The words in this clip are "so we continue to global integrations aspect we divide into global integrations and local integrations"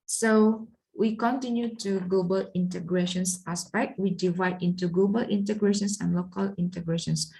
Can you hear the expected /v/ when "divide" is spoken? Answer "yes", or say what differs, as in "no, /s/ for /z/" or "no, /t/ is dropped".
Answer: yes